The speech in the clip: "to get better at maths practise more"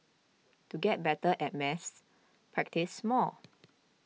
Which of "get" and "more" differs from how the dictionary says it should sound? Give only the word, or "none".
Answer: more